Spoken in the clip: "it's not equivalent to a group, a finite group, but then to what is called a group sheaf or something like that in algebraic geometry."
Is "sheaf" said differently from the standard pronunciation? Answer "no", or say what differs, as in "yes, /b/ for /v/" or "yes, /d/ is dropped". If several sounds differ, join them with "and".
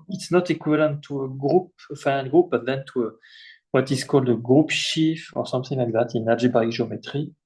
no